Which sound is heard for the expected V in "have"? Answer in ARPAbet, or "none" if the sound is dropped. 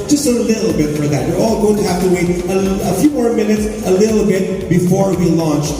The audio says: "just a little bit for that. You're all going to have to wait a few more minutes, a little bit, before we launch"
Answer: F